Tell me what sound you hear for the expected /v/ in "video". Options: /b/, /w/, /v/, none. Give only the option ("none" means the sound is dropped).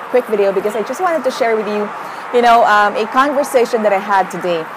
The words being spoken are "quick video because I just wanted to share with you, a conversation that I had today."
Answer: /v/